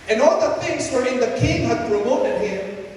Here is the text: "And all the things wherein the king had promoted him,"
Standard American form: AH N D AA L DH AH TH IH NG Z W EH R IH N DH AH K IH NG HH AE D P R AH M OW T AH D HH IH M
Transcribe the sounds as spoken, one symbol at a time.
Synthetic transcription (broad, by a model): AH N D AA L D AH T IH NG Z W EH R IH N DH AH K IH NG HH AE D P R AH M OW T AH D HH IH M